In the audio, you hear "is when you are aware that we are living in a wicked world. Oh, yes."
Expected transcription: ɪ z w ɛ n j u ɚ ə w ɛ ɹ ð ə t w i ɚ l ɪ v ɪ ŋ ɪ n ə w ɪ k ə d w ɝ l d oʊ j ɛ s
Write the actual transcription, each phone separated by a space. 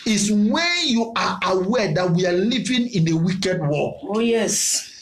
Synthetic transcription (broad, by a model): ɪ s w ɛ n j u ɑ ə w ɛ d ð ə t w i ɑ l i v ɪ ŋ ɪ n ə w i k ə d w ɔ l oʊ j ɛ s